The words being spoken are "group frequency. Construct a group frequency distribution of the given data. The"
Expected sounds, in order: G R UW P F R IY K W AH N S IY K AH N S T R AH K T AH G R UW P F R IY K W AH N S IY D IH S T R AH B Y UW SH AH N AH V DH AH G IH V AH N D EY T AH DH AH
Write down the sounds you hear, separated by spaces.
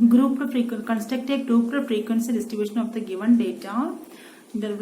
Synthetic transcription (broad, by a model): G R UW P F R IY K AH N K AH N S T AH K T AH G R UW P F R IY K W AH N S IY D IH S T R AH B Y UW SH AH N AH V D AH G IH V AH N D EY T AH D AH